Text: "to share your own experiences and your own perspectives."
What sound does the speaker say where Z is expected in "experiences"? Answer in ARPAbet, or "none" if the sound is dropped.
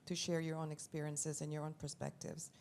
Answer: Z